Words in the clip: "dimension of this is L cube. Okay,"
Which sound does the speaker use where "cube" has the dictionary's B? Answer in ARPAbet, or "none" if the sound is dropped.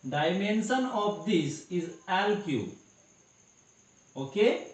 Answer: none